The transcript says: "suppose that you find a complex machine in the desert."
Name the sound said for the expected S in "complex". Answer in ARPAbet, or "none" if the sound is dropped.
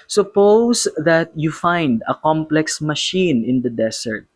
S